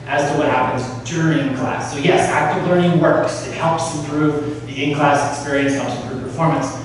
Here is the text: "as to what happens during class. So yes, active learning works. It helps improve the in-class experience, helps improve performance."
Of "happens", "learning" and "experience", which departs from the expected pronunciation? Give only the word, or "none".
none